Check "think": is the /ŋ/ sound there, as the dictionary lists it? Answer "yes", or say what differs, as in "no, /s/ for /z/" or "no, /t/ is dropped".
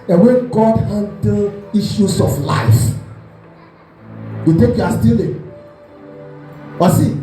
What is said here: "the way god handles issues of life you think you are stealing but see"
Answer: no, /ŋ/ is dropped